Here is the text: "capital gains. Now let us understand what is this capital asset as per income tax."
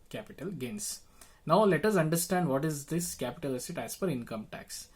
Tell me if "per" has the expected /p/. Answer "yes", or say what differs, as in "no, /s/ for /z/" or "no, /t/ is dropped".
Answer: no, /f/ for /p/